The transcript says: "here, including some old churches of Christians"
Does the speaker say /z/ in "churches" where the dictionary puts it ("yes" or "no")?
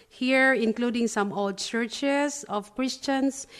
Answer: no